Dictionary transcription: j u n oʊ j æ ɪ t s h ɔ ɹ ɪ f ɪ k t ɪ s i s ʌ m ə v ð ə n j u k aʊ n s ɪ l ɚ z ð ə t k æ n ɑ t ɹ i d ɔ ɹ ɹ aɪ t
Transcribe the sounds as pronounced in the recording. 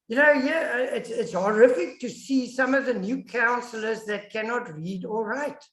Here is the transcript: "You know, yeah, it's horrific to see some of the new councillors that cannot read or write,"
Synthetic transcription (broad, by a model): j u n oʊ j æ ɪ t s h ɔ ɹ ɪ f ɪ k t ɪ s i s ʌ m ə v ð ə n j u k aʊ n s l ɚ z ð ə t k æ n ɑ t ɹ i d ɔ l ɹ aɪ t